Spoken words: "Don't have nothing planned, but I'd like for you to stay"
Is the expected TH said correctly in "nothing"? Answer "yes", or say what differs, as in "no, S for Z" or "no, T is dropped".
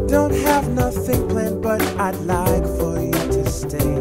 yes